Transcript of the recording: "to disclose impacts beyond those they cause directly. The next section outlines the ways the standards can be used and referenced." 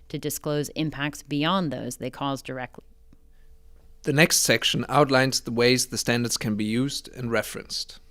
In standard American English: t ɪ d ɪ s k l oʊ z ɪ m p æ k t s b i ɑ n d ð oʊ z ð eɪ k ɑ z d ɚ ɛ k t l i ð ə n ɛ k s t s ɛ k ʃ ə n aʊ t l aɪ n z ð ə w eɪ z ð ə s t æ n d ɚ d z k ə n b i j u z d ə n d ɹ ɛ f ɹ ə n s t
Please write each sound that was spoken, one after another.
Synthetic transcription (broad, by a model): t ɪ d ɪ s k l oʊ z ɪ m p æ k t s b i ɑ n ð oʊ z ð eɪ k ɑ z d ɚ ɛ k t l i ð ə n ɛ k s t s ɛ k ʃ ə n aʊ t l aɪ n z ð ə w eɪ z ð ə s t æ n d ɚ d z k ə n b i j u z d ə n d ɹ ɛ f ɹ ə n s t